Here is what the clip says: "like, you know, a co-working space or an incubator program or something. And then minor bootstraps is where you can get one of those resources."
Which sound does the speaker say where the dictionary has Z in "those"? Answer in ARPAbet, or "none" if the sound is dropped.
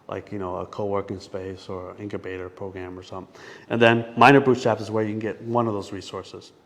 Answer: Z